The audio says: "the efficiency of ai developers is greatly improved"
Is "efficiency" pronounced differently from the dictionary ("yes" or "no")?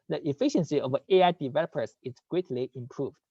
no